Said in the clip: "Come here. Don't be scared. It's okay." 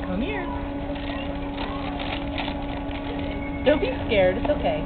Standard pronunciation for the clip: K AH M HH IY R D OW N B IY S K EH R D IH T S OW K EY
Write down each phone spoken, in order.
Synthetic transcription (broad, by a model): K AH M HH IY R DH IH L B IY S K EH R D IH T S OW K EY